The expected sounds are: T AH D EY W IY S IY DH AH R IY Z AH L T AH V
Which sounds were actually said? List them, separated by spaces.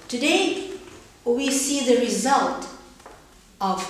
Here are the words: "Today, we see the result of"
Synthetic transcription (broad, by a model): T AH D EY W IY S IY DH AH R IY Z AH L T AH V